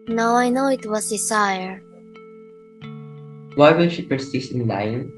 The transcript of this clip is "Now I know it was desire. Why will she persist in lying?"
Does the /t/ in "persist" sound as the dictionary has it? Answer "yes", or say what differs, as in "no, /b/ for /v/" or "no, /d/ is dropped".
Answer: no, /t/ is dropped